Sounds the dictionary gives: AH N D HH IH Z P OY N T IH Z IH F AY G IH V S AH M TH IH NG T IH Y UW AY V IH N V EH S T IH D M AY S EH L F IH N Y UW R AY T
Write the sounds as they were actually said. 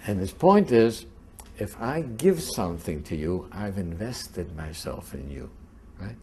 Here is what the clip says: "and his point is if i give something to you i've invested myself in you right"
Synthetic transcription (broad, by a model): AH N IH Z P OY N T IH Z IH F AY G IH V S AH M TH IH NG T IH Y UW AY V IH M V EH S T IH D M AY S EH L F IH N Y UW R AY T